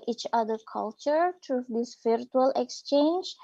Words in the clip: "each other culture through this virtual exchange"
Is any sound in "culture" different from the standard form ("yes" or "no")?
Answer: no